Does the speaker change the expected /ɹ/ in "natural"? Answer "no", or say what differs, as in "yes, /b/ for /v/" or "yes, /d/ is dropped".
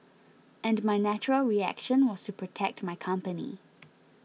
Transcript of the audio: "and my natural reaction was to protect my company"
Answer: no